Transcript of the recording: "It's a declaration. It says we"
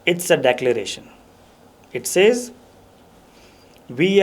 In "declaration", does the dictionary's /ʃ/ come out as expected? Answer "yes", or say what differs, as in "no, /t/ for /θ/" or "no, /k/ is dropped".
yes